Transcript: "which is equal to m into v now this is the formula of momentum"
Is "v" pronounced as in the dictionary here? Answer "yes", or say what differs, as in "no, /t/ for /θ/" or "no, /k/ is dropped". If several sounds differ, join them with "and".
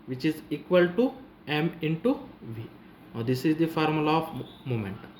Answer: yes